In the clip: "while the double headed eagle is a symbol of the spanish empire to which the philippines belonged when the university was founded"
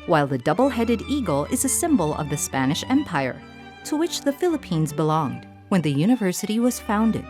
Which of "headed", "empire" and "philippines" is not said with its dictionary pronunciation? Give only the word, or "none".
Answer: none